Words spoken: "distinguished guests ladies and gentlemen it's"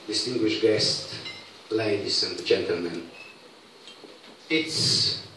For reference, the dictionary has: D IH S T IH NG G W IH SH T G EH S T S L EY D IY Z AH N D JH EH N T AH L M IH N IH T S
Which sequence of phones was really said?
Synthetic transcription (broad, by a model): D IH S T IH NG G W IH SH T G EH S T L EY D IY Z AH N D JH EH N T AH L M IH N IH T S